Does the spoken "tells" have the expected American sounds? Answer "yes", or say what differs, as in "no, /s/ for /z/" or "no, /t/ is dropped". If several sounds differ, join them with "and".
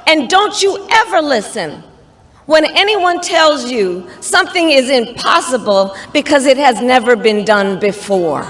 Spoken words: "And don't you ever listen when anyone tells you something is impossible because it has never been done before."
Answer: yes